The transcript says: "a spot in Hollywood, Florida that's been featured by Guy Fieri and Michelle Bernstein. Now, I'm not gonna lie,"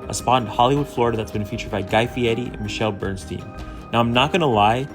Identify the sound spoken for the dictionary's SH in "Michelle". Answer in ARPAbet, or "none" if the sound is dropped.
SH